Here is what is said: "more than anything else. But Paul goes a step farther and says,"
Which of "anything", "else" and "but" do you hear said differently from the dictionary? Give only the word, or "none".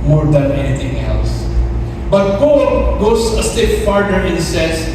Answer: anything